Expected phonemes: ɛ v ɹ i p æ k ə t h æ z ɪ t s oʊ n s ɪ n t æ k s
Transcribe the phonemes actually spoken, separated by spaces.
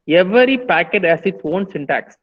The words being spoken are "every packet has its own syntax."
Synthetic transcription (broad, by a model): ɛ v ɹ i p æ k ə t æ s ɪ t s oʊ n s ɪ n t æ k s